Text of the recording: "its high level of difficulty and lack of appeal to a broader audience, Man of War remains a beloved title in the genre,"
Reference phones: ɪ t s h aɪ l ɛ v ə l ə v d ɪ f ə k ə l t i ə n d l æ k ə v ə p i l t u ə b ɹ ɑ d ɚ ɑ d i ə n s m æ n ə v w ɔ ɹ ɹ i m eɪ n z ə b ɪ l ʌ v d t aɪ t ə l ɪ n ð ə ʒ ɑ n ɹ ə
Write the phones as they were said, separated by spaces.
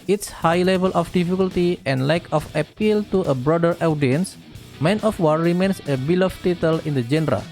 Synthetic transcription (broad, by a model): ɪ t s h aɪ l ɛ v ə l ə f d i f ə k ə l t i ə n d l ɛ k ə f ə p i l t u ə b ɹ ɑ d ɚ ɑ d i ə n s m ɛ n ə f w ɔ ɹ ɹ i m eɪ n s ə b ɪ l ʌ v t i t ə l ɪ n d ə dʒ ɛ n ɹ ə